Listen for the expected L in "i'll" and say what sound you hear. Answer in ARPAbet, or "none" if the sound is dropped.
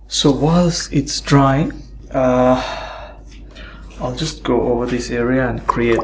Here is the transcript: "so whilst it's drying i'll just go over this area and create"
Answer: L